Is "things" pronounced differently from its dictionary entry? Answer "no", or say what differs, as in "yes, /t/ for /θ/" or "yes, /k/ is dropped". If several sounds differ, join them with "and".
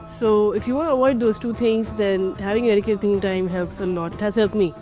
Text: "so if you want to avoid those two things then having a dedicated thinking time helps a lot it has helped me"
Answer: yes, /t/ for /θ/